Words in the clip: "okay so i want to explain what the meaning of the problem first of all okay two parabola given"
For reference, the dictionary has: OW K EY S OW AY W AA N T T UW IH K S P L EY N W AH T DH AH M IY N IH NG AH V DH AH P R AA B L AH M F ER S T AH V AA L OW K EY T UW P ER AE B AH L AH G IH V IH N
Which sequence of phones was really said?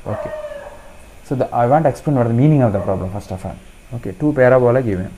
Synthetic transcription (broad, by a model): OW K EY S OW AY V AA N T T UW IH K S P L EY N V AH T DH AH M IY N IH NG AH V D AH P R AA B L AH M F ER S T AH F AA N OW K EY T UW P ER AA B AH L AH G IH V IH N